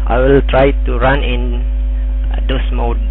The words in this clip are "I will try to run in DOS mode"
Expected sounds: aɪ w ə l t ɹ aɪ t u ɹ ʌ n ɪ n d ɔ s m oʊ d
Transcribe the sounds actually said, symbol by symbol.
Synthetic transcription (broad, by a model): aɪ w ə l t ɹ aɪ t u ɹ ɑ n ɪ n d ɔ s m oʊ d